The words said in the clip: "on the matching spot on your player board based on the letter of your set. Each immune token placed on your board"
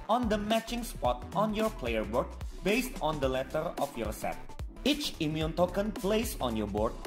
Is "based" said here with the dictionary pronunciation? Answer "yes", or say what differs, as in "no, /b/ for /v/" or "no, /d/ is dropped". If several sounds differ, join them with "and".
yes